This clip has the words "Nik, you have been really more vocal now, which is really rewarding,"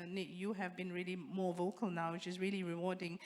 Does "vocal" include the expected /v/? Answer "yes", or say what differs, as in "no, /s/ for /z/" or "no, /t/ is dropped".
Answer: yes